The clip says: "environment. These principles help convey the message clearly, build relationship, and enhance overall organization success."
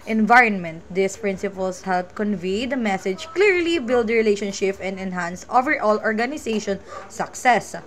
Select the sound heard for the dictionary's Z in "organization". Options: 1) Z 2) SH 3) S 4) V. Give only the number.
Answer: 3